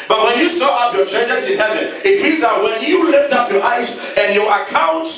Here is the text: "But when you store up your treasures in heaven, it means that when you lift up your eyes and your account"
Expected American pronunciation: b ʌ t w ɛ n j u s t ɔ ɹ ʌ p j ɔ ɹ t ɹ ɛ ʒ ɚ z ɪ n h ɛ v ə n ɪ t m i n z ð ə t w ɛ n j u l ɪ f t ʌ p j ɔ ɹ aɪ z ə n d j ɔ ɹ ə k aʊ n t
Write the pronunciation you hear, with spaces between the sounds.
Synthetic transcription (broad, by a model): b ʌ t w ɛ n j u s t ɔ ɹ ʌ p j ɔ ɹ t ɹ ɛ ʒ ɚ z ɪ n h ɛ v ə n ɪ t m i z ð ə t w ɛ n j u l ɪ f t ʌ p j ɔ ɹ aɪ s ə n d j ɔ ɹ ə k aʊ n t